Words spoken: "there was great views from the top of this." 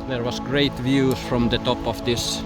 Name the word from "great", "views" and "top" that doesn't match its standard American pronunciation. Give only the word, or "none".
views